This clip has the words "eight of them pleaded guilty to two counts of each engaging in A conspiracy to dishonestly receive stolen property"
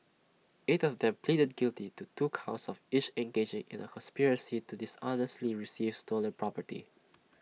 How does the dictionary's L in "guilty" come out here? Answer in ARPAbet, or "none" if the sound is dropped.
L